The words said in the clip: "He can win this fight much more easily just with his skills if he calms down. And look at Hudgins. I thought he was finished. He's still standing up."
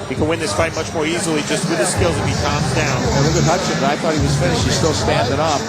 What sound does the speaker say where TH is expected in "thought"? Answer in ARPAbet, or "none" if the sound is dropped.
TH